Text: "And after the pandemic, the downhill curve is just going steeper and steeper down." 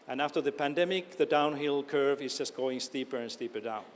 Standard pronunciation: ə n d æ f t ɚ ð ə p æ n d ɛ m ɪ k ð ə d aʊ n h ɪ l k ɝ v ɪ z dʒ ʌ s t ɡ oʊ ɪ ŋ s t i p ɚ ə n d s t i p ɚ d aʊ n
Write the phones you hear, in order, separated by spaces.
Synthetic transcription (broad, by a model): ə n æ f t ɚ ð ə p æ n d ɛ m ɪ k ð ə d aʊ n h ɪ l k ɝ v ɪ z dʒ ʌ s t ɡ oʊ ɪ ŋ s t i p ɚ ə n s t i p ɚ d aʊ n